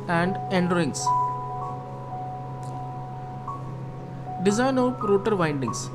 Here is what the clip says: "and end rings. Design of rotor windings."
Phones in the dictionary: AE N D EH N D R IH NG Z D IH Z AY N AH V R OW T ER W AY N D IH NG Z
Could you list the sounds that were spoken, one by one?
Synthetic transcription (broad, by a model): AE N D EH N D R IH NG S D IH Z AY N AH P R OW T ER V AY N D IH NG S